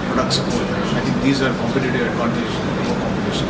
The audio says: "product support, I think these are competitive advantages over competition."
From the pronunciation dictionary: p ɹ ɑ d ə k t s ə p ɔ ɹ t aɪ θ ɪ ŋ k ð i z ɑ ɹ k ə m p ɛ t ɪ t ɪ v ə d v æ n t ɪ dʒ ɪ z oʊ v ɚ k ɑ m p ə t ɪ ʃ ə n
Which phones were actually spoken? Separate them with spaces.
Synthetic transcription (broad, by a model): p ɹ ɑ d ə k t s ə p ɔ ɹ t aɪ t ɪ ŋ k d i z ɑ ɹ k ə m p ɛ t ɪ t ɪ ə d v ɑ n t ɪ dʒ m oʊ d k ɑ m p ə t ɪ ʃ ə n